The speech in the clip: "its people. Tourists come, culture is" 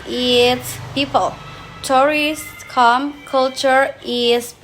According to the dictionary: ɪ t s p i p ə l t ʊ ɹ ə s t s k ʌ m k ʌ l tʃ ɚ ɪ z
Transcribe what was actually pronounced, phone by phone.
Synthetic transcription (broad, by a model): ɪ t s p i p ə l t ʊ ɹ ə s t k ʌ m k ʌ l tʃ ɚ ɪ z